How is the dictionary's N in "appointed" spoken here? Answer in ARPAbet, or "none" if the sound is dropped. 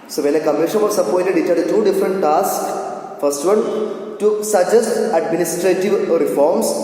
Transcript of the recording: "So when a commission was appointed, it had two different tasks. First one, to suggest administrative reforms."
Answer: none